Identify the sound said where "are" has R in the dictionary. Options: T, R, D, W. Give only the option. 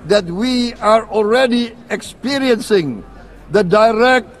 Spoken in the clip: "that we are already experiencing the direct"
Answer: R